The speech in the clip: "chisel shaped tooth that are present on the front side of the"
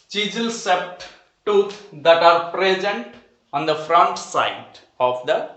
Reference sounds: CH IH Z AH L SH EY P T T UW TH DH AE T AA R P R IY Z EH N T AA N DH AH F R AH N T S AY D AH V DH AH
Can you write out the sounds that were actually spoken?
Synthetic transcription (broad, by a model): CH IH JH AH L S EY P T T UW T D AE T AA R P R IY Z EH N T AA N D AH F R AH N T S AY D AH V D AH